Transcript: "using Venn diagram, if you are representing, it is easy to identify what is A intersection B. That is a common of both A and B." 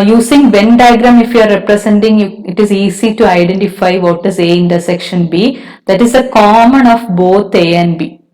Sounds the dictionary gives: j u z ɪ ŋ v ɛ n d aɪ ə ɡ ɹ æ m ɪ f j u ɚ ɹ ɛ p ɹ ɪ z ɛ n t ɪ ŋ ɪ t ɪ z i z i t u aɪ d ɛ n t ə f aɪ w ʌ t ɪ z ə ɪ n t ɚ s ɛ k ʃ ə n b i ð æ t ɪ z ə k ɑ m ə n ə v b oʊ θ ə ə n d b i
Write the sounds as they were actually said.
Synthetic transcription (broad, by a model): j u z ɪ ŋ v ɛ n d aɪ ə ɡ ɹ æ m ɪ f j u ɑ ɹ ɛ p ɹ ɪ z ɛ n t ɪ ŋ ɪ t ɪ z i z i t u aɪ d ɛ n t ə f aɪ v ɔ t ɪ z ə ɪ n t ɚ s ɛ k ʃ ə n b i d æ t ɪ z ə k ɑ m ə n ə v b oʊ t ə ə n d b i